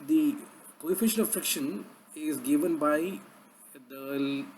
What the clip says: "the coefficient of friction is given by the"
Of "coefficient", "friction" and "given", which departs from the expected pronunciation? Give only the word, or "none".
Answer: coefficient